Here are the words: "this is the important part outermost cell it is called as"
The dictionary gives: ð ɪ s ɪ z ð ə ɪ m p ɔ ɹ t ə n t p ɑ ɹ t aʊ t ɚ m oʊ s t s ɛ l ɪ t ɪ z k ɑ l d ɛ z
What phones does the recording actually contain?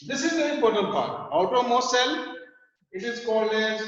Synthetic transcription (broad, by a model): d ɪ s ɪ z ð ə ɪ m p ɔ ɹ t ə n t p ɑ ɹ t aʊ t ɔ m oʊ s s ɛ l ɪ t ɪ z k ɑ l ɛ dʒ